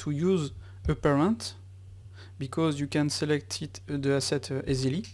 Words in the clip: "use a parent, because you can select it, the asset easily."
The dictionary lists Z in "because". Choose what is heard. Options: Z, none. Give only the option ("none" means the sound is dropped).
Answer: Z